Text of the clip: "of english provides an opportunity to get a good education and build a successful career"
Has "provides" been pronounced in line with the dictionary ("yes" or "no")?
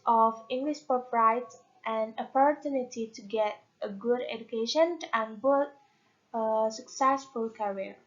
no